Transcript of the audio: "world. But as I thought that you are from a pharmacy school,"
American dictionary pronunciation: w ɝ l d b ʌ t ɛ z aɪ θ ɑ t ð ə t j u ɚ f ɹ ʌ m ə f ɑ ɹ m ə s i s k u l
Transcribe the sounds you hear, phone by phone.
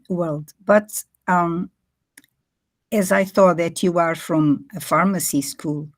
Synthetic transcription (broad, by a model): w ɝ l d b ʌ t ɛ z aɪ θ ɑ t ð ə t j u ɚ f ɹ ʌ m ə f ɑ ɹ m ə s i s k u l